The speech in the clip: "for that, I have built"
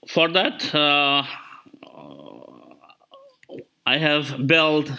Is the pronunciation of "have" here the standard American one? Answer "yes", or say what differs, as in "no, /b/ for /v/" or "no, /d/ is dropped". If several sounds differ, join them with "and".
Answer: yes